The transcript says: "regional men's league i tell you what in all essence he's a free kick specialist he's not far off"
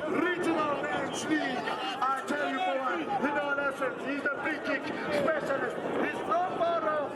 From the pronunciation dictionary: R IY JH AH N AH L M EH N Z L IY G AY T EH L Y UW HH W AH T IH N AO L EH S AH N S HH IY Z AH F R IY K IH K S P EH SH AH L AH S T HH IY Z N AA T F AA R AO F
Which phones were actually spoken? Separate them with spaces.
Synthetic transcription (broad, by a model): R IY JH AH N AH L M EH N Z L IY AY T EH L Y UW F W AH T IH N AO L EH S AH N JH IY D AH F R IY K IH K S P EH SH AH L AH S T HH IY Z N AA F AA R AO